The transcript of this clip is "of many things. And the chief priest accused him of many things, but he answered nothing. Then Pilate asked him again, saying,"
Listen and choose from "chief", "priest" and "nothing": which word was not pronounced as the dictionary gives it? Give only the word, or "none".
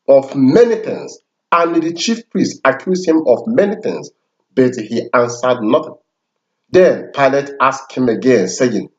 none